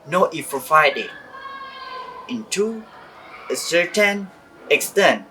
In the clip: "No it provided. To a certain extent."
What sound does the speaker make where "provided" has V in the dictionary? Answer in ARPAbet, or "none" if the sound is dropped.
F